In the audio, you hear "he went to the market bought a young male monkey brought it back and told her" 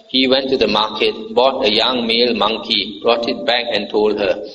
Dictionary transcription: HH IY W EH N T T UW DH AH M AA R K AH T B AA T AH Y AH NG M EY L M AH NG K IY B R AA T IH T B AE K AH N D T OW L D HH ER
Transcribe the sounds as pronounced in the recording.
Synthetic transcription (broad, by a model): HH IY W EH N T T UW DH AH M AA K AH T B AA T AH Y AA NG M EY L M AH NG K IY B R AA T IH T B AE K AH N T OW L D HH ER